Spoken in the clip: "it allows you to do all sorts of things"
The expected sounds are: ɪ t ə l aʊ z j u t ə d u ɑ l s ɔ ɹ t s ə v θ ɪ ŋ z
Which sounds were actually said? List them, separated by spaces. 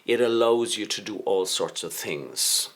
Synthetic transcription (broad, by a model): ɪ t ə l aʊ z j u t ə d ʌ ɑ l s ɔ ɹ t s ə v θ ɪ ŋ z